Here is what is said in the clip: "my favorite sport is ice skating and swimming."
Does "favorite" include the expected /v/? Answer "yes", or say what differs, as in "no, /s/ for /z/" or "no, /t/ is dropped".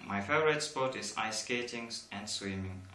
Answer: no, /v/ is dropped